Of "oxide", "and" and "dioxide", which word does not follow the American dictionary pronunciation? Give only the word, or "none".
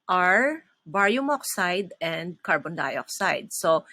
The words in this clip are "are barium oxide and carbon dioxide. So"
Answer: none